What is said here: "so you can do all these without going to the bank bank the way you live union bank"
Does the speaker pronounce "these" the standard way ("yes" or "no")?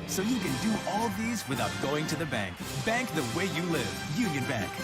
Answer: yes